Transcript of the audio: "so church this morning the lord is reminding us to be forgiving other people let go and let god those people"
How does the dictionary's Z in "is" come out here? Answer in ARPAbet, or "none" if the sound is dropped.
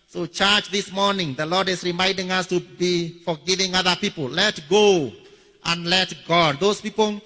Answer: S